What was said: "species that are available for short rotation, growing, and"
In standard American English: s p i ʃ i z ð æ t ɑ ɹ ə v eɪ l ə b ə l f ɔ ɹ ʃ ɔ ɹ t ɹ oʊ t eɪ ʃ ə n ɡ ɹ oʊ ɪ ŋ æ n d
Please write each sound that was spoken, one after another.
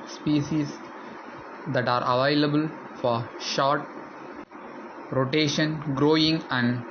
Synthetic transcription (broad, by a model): s p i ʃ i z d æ t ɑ ɹ ə v eɪ l ə b ə l f ɔ ɹ ʃ ɔ ɹ t ɹ oʊ t eɪ ʃ ə n ɡ ɹ oʊ ɪ ŋ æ n d